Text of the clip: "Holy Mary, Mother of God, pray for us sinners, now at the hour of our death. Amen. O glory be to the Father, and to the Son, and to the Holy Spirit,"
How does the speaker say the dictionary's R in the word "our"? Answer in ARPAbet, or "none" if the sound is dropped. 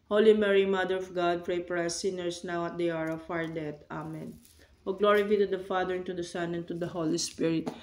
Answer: R